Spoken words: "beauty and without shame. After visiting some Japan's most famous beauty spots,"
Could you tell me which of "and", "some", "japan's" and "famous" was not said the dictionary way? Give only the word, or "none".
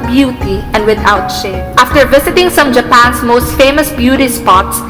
japan's